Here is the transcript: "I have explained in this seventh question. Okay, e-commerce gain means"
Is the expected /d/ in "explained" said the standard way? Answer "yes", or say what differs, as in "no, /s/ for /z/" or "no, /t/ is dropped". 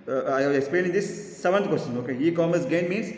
no, /d/ is dropped